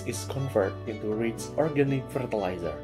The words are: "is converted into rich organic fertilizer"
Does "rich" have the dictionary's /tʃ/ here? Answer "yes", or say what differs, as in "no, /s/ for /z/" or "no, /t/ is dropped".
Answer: no, /s/ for /tʃ/